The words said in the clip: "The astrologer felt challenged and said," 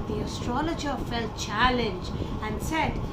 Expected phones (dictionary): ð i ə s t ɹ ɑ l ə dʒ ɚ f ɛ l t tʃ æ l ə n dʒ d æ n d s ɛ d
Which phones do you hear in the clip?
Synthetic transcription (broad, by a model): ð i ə s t ɹ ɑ l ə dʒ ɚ f ɛ l t tʃ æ l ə n dʒ æ n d s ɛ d